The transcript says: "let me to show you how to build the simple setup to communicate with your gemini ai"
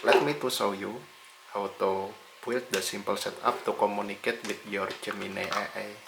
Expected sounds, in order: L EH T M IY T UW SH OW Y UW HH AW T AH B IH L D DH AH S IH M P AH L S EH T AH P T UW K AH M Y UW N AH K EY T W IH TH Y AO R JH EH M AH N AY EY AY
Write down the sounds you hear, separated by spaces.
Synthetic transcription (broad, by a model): L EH T M IY T UW S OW Y UW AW T AH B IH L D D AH S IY M P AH L S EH T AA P T UW K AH M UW N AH K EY T W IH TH Y AO R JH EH M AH N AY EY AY